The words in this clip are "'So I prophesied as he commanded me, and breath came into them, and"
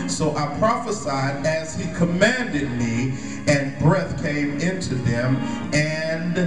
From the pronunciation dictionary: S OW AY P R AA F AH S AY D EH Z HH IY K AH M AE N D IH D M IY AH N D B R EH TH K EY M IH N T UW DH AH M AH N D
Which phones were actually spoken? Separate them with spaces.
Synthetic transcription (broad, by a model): S OW AY P R AA F AH S AY D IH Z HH IY K AH M AE N D IH D M IY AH N B R EH TH K EY M IH N T UW DH AH M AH N